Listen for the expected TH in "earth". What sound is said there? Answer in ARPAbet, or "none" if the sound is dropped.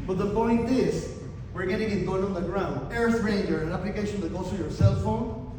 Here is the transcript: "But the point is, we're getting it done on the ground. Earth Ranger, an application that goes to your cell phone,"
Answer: S